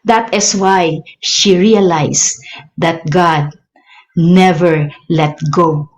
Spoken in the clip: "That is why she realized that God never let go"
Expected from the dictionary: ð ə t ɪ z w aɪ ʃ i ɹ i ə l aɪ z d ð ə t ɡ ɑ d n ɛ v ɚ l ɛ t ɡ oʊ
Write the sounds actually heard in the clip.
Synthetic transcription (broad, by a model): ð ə t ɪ s w aɪ ʃ i ɹ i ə l aɪ s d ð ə t ɡ ɑ d n ɛ v ɚ l ɛ t ɡ oʊ